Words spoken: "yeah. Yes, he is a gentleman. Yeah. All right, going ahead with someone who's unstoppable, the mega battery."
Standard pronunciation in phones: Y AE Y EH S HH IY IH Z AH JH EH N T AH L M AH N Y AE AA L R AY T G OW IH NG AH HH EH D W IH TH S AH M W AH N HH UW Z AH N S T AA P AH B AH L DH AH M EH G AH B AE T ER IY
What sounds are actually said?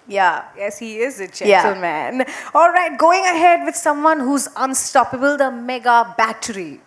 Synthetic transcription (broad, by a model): Y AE Y EH S HH IY IH Z AH JH EH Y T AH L M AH N AA L R AY T G OW IH NG AH HH EH D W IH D S AH M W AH N HH UW Z AH N S T AA P AH B AH L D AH M EH G AH B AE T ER IY